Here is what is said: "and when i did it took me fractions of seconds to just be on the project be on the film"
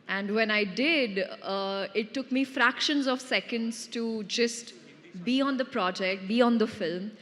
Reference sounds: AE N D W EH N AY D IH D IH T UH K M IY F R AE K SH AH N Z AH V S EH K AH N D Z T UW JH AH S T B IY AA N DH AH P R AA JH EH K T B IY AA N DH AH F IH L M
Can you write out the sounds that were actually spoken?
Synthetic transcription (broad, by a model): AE N D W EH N AY D IH D IH T UH K M IY F R AE K SH AH N Z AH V S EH K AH N D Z T UW JH AH S T B IY AA N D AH P R AA JH EH K T B IY AA N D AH F IH L M